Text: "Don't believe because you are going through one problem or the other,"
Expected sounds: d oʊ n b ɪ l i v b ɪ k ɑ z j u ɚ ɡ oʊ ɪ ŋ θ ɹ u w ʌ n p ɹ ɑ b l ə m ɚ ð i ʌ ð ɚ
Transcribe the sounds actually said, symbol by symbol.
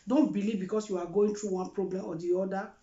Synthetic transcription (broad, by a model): d oʊ n b ɪ l i v b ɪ k ɑ s j u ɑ ɡ oʊ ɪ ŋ t ɹ u w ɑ n p ɹ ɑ b l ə m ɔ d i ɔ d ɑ